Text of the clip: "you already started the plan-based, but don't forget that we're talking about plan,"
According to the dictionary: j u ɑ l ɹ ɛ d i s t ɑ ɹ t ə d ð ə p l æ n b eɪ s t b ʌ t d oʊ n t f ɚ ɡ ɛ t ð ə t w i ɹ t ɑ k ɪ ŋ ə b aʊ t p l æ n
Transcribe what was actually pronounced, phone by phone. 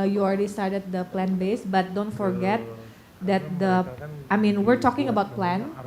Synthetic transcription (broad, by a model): j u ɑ l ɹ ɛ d i s t ɑ ɹ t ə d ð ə p l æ n b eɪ s b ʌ t d oʊ n t f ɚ ɡ ɛ t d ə t w i ɹ t ɑ k ɪ ŋ ə b aʊ t p l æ n